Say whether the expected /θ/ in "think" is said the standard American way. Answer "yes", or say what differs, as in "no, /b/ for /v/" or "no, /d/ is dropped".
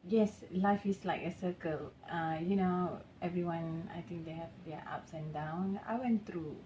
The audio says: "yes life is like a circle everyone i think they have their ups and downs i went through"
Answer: no, /t/ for /θ/